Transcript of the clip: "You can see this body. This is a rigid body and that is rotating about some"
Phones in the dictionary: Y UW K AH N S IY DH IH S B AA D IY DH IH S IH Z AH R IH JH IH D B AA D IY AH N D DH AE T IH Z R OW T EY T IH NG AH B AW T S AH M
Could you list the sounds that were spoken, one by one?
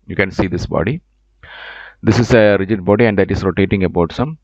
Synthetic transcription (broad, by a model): Y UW K AH N S IY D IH S B AA D IY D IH S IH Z AH R IH JH IH D B AA D IY AH N D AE T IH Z R OW T EY T IH NG AH B AW T S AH M